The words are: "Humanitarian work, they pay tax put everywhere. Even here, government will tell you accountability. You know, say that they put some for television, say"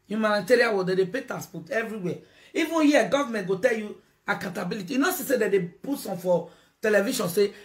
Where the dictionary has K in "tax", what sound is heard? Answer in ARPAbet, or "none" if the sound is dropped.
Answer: none